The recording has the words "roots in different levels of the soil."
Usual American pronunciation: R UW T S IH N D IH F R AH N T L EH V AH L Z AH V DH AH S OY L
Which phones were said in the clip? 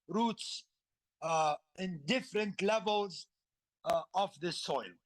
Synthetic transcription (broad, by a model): R UW T S IH N D IH F R AH N T L EH V AH L Z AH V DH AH S OY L